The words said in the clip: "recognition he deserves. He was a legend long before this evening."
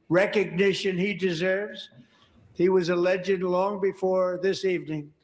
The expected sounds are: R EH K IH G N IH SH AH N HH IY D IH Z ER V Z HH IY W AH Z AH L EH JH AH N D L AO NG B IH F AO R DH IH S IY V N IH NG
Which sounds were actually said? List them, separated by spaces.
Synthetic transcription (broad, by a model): R EH K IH G N IH SH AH N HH IY D IH Z ER V Z HH IY W AH Z AH L EH JH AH D L AO NG B IH F AO R DH IH S IY V N IH NG